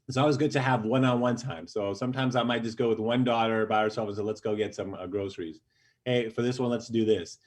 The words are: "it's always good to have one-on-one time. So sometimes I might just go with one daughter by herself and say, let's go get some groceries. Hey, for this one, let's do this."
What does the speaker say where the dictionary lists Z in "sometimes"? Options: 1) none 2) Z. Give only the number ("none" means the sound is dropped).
2